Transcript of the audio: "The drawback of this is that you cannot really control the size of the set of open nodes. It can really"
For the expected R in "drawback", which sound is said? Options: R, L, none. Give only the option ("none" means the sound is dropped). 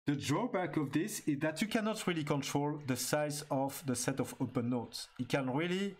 R